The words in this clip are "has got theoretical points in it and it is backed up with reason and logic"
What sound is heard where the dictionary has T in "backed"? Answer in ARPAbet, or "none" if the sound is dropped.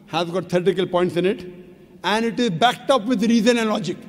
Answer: T